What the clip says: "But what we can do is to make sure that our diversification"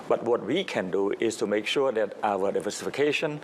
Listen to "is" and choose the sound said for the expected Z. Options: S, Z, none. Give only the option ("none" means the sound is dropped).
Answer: S